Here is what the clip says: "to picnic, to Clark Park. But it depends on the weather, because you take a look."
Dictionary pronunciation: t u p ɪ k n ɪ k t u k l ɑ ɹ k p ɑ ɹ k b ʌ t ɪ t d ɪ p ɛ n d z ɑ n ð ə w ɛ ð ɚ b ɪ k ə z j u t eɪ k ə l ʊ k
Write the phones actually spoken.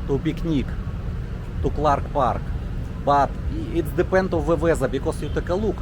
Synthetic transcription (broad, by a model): t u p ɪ k n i k t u k l ɑ ɹ k p ɑ ɹ k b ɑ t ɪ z d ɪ p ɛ n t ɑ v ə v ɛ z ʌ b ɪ k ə s j u t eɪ k ə l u k